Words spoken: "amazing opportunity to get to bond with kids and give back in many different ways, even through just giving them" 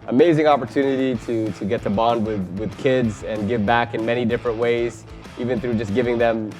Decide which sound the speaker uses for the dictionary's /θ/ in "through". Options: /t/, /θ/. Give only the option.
/θ/